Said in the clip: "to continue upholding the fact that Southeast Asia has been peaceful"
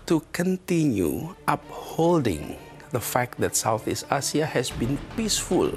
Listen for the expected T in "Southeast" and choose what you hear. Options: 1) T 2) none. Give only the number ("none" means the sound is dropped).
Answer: 1